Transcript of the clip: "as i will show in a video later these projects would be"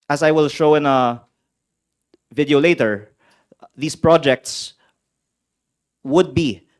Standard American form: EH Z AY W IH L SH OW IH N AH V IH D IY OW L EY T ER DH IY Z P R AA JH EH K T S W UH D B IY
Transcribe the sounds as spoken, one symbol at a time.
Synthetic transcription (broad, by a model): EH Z AY W IH L SH OW IH N AH V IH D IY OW L EY T ER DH IY S P R AA JH EH K T S W UH D B IY